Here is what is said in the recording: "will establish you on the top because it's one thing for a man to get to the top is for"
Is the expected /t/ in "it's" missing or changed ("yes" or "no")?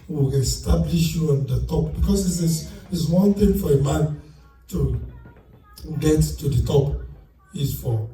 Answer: yes